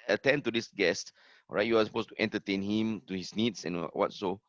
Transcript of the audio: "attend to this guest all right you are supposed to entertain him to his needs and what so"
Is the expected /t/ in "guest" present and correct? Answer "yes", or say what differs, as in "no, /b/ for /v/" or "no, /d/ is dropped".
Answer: yes